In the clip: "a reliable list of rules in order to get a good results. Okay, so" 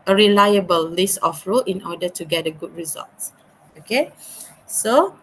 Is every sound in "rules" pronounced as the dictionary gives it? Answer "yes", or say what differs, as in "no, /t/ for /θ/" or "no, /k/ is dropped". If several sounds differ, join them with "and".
no, /z/ is dropped